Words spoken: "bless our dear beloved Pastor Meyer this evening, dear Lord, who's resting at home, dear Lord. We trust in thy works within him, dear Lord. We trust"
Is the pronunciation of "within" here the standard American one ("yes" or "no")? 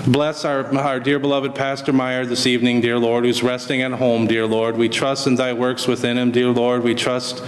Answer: yes